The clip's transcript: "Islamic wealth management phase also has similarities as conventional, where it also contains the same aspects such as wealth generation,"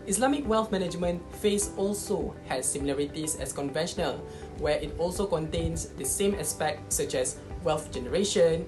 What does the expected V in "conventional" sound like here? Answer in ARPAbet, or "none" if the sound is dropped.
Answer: V